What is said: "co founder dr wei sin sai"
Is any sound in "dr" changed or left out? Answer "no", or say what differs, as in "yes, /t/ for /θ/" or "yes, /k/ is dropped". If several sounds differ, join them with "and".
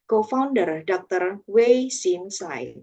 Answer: no